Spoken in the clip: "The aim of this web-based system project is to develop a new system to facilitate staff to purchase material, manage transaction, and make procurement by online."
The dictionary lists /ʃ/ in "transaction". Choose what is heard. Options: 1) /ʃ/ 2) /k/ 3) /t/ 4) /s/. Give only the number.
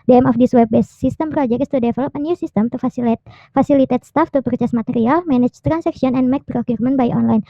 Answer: 4